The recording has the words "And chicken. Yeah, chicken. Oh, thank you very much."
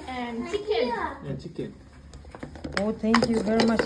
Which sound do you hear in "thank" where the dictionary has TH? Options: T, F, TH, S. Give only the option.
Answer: T